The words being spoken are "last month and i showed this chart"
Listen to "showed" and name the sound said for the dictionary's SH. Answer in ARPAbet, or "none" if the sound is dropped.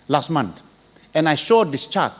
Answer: SH